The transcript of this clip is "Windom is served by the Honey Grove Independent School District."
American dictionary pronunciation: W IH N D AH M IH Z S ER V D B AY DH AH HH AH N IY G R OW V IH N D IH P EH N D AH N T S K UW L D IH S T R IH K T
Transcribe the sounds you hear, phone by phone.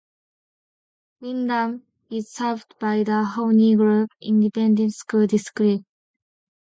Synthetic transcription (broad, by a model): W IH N D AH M IH Z S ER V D B AY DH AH HH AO N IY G R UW P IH N D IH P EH N D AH N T S K UW L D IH S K R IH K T